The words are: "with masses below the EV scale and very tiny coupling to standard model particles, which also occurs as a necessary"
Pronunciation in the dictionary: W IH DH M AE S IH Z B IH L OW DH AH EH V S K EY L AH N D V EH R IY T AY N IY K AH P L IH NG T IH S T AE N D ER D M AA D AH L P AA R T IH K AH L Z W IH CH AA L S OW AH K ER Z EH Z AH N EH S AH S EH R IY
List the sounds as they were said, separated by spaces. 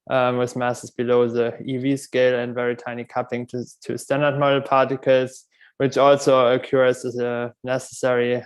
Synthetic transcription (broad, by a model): W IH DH M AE S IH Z B IH L OW DH AH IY V S K EY L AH N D V EH R IY T AY N IY K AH P IH NG T IH S T AE N D ER D M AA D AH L P AA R T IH K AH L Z W IH CH AA L S OW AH K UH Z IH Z AH N EH S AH S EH R IY